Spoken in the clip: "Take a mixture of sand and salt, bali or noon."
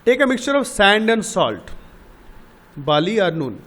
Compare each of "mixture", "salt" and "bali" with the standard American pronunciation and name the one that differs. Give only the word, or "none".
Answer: none